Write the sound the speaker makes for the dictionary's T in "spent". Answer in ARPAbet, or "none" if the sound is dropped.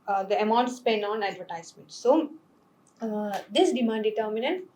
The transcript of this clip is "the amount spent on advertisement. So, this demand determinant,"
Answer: none